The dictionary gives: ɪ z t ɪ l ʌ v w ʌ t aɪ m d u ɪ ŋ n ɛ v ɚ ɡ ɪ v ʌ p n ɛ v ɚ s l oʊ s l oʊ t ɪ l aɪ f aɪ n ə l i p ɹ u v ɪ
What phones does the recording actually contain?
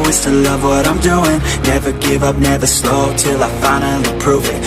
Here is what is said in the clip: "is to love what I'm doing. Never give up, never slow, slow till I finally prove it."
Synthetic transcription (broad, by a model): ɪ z t ɪ l ʌ v w ʌ t aɪ m d u ɪ ŋ n ɛ v ɚ ɡ ɪ v ʌ p n ɛ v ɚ s l oʊ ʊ t ɪ l aɪ f aɪ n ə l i p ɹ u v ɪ